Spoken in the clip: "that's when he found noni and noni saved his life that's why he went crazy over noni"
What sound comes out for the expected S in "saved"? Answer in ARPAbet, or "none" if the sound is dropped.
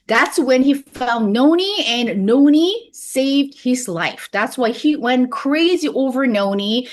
S